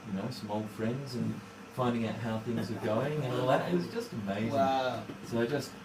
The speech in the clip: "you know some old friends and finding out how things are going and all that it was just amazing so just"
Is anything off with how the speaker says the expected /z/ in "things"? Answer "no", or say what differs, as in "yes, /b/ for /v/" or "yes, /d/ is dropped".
no